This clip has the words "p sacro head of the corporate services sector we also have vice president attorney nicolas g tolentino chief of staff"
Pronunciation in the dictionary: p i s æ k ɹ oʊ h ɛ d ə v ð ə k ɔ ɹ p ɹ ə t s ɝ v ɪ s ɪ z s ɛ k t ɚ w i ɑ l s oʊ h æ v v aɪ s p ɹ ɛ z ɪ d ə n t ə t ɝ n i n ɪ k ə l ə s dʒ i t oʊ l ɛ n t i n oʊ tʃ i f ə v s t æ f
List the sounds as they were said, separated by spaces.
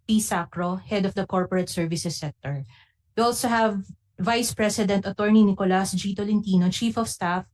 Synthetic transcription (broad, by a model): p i s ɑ k ɹ oʊ h ɛ d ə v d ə k ɔ ɹ p ɹ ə t s ɝ v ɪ s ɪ s ɛ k t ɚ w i ɑ l s oʊ h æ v v aɪ s p ɹ ɛ s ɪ d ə n t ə t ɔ n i n ɪ k ə l ə s dʒ i t oʊ l ɛ n t i n oʊ tʃ i f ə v s t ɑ f